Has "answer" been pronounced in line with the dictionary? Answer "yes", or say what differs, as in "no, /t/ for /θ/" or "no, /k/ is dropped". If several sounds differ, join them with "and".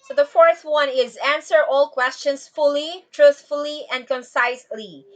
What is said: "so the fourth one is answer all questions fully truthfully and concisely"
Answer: yes